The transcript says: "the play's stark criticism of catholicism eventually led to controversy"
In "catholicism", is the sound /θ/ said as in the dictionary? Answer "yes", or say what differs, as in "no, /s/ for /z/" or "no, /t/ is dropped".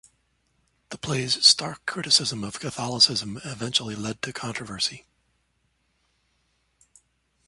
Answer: yes